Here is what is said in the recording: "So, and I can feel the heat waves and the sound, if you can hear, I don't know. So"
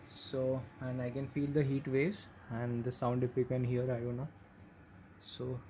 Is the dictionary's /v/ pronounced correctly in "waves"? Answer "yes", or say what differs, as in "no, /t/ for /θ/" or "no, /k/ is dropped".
no, /v/ is dropped